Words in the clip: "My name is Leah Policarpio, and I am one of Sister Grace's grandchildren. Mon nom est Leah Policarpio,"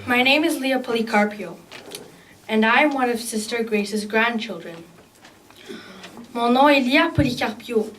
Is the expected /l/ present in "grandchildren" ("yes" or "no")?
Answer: yes